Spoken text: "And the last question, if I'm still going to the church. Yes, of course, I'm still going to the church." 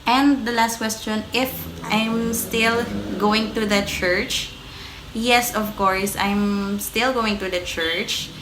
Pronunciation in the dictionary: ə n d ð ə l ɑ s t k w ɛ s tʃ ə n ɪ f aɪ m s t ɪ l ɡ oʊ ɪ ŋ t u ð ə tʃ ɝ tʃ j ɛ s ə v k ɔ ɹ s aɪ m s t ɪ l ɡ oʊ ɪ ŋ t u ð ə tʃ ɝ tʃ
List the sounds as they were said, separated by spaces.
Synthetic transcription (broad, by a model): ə n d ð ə l ɑ s t k w ɛ s tʃ ə n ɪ f aɪ m s t ɪ l ɡ oʊ ɪ ŋ t u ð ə tʃ ɝ tʃ j ɛ s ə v k ɔ ɹ s aɪ m s t ɪ l ɡ oʊ ɪ ŋ t u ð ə tʃ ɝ tʃ